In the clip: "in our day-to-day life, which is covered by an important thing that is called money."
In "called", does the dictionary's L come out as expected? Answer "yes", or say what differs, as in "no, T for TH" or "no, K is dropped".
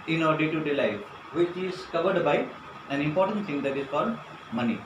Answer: no, L is dropped